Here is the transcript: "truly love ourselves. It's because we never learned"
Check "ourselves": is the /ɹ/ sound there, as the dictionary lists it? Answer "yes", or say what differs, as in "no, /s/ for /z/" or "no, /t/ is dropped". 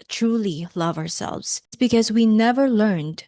yes